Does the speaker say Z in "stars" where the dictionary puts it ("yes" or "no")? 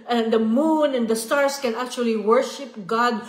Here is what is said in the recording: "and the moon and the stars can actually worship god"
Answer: no